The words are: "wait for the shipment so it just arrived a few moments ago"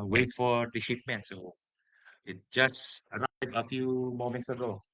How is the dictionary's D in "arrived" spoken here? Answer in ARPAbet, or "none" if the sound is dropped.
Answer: none